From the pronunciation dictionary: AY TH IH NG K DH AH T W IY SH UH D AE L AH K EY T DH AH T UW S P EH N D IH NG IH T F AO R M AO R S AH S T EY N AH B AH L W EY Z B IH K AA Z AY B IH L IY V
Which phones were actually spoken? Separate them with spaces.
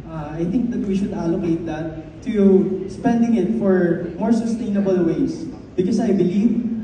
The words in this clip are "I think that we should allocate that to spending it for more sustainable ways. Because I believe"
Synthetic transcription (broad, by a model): AY TH IH NG K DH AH T W IY SH UH D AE L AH K EY T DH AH T UW S P EH N D IH NG IH T F AO R M AO R S AH S T EY N AH B AH L W EY S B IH K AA S AY B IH L IY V